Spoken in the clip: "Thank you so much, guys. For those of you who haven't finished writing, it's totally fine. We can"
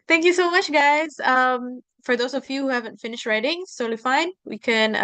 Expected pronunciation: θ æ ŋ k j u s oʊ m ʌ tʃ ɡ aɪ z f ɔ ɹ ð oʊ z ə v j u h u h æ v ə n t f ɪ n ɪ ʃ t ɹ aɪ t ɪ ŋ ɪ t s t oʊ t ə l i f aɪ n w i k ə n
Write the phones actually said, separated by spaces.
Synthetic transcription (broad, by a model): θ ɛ ŋ k j u s oʊ m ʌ tʃ ɡ aɪ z f ɔ ɹ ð oʊ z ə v j u h u h æ v ə n t f ɪ n ɪ ʃ t ɹ aɪ t ɪ ŋ s oʊ l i f aɪ n w i k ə n